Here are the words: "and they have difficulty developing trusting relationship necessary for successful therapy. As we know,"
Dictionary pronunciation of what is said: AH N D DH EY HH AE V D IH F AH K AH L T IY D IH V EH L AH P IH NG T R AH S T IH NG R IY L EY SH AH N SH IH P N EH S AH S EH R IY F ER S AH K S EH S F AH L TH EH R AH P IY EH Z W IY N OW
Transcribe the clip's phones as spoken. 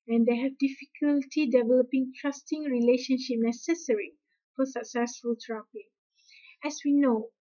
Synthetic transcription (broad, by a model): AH N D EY HH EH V D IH F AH K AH L T IY D IH V EH L AH P IH NG T R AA S T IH NG R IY L EY SH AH N SH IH P N EH S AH S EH R IY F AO S AH K S EH S F AH L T R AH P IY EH S W IY N OW